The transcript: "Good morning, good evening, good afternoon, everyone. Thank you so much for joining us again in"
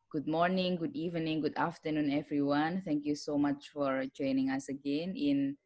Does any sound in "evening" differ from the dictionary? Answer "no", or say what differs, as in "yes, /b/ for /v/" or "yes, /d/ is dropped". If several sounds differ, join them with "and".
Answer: no